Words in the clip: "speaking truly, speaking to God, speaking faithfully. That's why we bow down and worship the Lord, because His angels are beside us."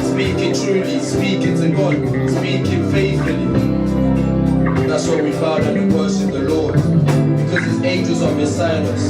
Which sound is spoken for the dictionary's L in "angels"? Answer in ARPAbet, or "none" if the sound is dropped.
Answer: none